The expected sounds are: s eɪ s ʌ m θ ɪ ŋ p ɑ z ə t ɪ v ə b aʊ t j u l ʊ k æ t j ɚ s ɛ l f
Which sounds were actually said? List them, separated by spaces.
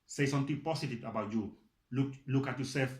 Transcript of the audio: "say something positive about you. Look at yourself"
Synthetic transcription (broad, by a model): s eɪ s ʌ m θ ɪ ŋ p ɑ s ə t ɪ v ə b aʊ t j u l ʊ k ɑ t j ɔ s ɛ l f